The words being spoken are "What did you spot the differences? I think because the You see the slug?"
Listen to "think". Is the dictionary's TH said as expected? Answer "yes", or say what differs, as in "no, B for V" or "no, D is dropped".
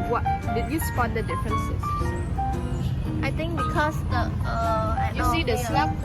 no, T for TH